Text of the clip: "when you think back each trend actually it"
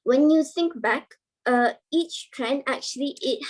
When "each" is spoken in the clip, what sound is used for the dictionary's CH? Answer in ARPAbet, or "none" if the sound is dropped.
CH